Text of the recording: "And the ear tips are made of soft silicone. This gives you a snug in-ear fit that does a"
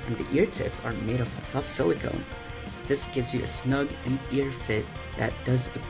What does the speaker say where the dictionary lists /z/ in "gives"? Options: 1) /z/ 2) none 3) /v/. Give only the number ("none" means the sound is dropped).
1